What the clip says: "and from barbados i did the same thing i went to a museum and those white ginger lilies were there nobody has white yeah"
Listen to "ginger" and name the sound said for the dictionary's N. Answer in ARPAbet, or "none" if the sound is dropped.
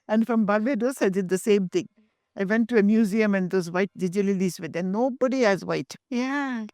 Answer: none